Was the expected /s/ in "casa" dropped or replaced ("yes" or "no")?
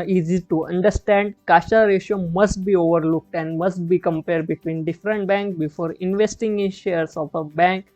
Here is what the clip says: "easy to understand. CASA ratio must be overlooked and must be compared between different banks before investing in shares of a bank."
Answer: yes